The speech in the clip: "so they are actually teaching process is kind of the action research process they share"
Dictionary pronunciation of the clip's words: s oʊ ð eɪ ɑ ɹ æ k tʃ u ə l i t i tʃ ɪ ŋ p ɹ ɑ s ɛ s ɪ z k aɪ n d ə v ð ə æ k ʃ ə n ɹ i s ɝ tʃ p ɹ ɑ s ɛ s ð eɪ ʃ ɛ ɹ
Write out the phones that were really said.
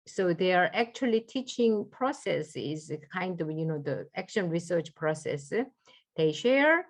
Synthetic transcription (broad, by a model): s oʊ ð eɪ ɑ ɹ æ k tʃ u ə l i t i tʃ ɪ ŋ p ɹ ɑ s ɛ s ɪ z k aɪ n d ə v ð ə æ k ʃ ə n ɹ i s ɝ tʃ p ɹ ɑ s ɛ s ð eɪ ʃ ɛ ɹ